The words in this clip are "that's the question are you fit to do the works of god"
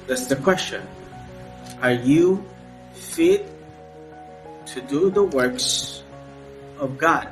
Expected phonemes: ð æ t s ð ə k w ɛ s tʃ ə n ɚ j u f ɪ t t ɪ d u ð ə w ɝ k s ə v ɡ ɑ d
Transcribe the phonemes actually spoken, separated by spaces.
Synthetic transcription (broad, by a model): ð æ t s ð ə k w ɛ s tʃ ə n ɚ j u f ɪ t t ɪ d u ð ə w ɝ k s ə v ɡ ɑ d